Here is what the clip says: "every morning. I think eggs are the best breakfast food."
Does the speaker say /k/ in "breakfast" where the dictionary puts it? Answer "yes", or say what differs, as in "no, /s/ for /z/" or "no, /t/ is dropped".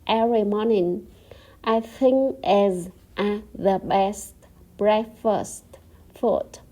no, /k/ is dropped